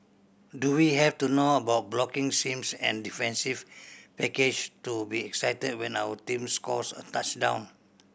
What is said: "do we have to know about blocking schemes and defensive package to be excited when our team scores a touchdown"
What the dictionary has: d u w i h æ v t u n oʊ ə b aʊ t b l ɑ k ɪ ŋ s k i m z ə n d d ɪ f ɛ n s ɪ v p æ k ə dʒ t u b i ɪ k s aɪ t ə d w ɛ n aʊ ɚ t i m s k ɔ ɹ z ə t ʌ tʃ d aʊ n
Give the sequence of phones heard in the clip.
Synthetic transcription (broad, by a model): d u w i h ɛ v t u n oʊ ə b aʊ t b l ɑ k ɪ ŋ s i m s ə n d d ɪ f ɛ n s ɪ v p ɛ k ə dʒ t u b i ɪ k s aɪ t ə d w ɛ n aʊ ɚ t i m s k ɔ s ə t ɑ tʃ d aʊ n